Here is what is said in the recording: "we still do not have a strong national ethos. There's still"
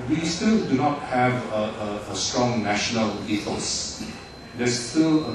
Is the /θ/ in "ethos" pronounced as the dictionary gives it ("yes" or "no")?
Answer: no